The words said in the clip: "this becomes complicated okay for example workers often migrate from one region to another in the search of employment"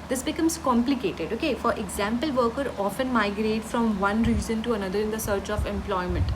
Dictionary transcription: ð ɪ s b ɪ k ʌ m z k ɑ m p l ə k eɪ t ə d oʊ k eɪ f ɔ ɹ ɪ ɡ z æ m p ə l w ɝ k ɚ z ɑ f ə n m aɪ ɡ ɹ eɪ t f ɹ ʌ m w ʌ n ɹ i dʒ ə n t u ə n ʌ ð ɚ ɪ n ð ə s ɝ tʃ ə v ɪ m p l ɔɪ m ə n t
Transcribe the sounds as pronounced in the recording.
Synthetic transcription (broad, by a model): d ɪ s b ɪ k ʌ m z k ɑ m p l ə k eɪ t ə d oʊ k eɪ f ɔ ɹ ɪ ɡ z æ m p ə l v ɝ k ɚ ɑ f ə n m aɪ ɡ ɹ eɪ t f ɹ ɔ m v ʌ n ɹ i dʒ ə n t u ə n ʌ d ɚ ɪ n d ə s ɝ tʃ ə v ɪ m p l ɔɪ m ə n t